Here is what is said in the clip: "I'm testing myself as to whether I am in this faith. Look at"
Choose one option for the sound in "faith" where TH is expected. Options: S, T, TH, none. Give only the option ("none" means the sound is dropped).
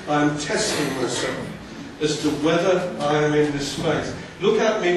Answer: S